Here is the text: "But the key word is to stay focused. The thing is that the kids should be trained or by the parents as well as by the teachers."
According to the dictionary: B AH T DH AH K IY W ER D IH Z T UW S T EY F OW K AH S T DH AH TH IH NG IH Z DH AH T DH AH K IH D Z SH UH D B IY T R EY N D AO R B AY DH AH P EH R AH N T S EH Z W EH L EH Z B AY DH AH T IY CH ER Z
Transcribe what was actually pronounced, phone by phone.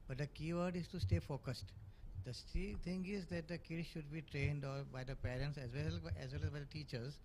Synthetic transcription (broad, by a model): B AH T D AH K IY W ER D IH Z T UW S T EY F OW K AH S T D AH S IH NG IH Z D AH T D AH K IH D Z SH UH D B IY T R EY N D AO R B AY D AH P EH R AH N T S EH Z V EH L EH Z B AY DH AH T IY CH ER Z